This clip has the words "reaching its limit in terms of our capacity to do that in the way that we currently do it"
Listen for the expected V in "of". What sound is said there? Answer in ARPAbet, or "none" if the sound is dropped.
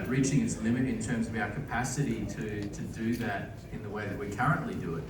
V